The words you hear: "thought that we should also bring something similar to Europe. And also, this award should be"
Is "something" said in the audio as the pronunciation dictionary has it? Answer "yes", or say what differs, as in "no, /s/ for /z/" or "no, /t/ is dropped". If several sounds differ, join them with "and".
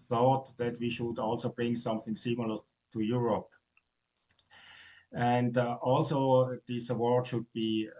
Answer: yes